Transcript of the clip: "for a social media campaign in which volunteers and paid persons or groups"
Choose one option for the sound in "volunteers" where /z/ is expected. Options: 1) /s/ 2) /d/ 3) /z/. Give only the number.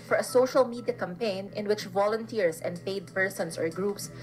1